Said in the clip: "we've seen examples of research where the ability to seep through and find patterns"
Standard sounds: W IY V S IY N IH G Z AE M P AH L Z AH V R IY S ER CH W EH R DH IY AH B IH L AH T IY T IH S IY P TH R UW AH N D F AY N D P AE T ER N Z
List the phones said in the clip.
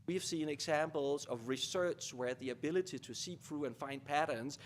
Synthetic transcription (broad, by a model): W IY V S IY N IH G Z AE M P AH L Z AH V R IY S ER CH W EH R DH IY AH B IH L AH T IY T IH S IY P F R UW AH N F AY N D P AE T ER N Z